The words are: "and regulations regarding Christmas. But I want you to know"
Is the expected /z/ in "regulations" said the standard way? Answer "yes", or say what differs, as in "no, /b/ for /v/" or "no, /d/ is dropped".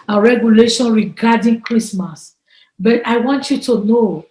no, /z/ is dropped